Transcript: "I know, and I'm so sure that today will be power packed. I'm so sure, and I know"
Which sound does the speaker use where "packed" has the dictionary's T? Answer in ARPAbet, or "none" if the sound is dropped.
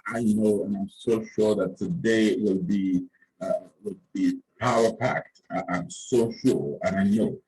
T